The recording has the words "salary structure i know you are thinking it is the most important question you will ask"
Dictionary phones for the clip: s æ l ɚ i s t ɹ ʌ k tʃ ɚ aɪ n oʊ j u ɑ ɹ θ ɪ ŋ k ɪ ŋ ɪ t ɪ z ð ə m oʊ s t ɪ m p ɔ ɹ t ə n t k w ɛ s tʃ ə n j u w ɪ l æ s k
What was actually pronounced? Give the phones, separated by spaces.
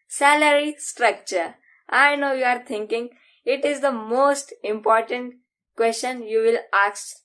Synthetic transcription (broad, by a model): s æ l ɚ i s t ɹ ʌ k tʃ ɚ aɪ n oʊ j u ɑ ɹ t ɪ ŋ k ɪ ŋ ɪ t ɪ z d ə m oʊ s t ɪ m p ɔ ɹ t ə n t k w ɛ s tʃ ə n j u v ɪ l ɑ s